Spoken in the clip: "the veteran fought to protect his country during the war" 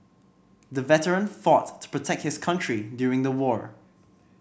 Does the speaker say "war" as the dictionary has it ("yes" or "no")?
yes